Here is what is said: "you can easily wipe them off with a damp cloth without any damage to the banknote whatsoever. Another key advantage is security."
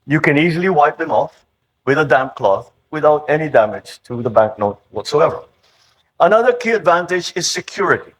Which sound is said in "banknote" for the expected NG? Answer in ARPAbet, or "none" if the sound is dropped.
none